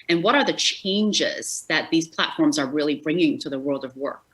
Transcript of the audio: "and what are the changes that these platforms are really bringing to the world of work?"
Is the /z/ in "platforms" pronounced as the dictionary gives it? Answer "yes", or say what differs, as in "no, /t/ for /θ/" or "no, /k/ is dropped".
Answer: yes